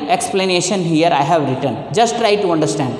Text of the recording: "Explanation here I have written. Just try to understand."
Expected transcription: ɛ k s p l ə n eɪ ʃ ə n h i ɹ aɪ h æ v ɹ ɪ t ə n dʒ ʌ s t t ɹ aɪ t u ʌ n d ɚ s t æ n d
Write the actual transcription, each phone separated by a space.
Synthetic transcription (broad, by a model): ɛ k s p l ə n eɪ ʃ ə n h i ɹ aɪ h æ v ɹ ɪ t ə n dʒ ʌ s t t ɹ aɪ t u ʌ n d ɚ s t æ n d